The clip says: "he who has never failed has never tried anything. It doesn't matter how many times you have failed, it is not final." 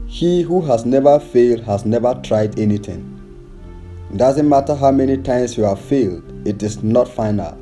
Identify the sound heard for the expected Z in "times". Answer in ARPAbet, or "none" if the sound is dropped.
S